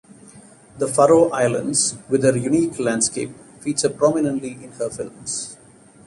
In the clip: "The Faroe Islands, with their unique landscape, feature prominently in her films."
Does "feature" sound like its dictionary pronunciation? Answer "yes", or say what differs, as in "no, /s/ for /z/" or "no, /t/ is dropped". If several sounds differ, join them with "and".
no, /s/ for /tʃ/